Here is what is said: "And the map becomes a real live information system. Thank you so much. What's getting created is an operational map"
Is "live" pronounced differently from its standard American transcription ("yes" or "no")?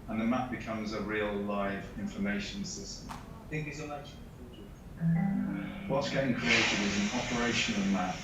no